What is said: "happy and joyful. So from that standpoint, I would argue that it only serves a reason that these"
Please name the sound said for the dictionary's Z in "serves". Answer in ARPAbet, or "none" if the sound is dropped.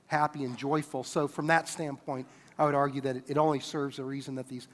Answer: Z